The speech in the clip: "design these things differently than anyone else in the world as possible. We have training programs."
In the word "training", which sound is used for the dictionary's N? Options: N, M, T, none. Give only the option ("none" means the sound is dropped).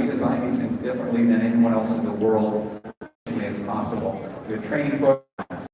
none